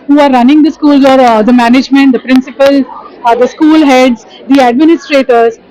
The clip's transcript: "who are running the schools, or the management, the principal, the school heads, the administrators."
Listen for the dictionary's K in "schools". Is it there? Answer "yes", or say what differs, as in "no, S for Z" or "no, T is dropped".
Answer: yes